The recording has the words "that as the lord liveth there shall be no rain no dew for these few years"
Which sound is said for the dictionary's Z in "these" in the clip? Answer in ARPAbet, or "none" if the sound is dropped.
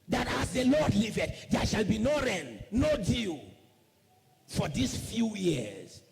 S